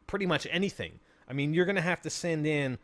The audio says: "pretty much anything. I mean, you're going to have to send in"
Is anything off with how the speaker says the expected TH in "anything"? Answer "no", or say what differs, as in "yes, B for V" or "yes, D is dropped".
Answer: no